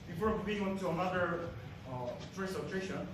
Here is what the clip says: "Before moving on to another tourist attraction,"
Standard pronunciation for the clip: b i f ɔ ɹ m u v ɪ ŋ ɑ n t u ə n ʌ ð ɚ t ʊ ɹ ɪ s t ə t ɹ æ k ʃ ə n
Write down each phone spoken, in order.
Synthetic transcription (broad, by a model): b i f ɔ ɹ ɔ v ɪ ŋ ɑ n t u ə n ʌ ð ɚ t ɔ ɪ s ə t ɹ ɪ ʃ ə n